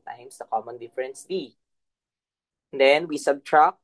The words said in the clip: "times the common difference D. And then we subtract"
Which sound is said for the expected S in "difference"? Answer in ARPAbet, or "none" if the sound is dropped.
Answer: S